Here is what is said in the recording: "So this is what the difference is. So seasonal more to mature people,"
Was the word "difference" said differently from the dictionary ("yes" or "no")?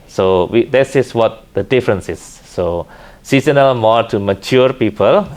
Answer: no